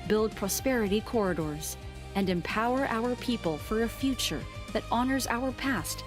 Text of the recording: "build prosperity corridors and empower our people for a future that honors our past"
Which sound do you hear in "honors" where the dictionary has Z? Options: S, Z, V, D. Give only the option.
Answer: Z